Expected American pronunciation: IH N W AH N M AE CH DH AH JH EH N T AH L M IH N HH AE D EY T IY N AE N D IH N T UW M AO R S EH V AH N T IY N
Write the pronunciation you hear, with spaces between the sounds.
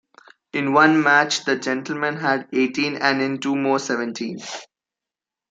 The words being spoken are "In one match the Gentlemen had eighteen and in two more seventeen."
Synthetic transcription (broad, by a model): IH N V AH N M AE CH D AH JH EH N T AH L M IH N HH AE D EY T IY N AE N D IH N T UW M AO R S EH V AH N T IY N